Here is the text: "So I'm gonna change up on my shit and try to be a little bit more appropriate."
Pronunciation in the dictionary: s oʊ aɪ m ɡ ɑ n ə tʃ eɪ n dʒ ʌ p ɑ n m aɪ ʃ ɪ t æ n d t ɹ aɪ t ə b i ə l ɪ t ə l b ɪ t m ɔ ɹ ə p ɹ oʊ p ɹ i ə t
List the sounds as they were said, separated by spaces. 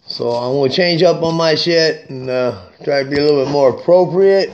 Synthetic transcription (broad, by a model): s oʊ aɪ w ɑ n tʃ eɪ n dʒ ʌ p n m aɪ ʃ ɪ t n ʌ t ɹ aɪ t ə b i ə l ɪ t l b ɪ t m ɔ ɹ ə p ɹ oʊ p ɹ i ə t